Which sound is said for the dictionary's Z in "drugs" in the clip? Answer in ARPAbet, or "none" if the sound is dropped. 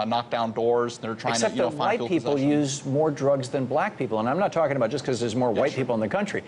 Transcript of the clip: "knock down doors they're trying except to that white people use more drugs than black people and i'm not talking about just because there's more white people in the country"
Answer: Z